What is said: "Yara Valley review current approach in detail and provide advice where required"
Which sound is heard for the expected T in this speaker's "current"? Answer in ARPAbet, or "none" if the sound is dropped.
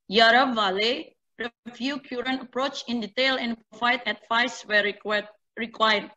none